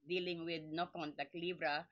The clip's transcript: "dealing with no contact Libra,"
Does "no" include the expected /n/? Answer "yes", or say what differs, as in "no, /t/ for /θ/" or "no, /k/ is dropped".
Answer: yes